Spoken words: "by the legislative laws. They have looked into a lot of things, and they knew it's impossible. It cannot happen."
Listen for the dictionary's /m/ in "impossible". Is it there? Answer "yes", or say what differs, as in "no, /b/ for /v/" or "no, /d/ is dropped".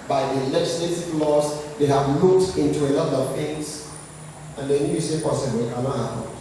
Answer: no, /m/ is dropped